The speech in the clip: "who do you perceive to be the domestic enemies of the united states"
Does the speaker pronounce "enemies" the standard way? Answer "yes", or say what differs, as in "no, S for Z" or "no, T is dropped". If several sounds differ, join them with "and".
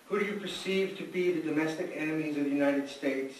yes